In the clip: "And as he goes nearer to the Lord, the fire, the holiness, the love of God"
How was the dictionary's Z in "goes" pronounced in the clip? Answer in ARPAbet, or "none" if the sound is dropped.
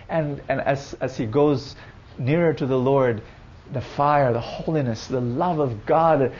Z